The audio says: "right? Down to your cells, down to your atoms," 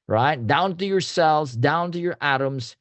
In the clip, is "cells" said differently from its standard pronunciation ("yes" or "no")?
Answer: no